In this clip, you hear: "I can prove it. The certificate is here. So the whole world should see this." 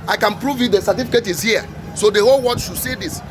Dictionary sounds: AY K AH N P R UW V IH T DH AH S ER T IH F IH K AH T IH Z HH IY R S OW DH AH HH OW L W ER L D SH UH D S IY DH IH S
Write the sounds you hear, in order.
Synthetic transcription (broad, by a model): AY K AH N P R UW V IH T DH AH S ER T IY F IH K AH T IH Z HH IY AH S OW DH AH HH OW L W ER D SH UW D S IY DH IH S